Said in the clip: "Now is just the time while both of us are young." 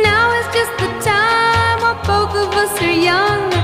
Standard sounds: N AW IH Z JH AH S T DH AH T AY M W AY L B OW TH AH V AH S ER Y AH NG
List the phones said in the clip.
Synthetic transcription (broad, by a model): N AW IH S JH AH S T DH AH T AY M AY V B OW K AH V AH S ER Y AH NG